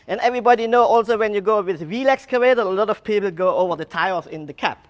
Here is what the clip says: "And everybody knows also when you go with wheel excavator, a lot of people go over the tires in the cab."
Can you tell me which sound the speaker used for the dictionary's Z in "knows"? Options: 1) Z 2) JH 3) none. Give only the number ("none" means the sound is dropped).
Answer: 3